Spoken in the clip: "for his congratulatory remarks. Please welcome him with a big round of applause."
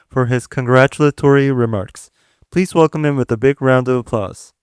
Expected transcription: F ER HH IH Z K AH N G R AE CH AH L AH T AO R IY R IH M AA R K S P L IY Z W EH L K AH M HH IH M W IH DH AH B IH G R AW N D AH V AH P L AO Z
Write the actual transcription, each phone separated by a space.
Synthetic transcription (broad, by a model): F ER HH IH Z K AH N G R AE CH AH L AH T AO R IY R IH M AA R K S P L IY Z W EH L K AH M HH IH M W IH DH AH B IH G R AW N D AH V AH P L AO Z